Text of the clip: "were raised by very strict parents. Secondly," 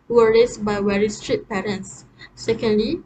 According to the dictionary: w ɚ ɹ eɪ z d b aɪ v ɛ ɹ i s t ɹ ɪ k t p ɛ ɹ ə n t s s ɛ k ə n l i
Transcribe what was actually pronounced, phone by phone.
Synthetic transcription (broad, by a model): w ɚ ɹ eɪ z b aɪ w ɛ ɹ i s t ɹ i t p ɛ ɹ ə n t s s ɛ k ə n l i